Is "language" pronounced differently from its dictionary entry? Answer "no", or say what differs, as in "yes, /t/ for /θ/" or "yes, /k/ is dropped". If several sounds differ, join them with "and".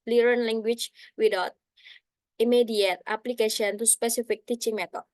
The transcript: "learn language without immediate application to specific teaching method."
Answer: yes, /tʃ/ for /dʒ/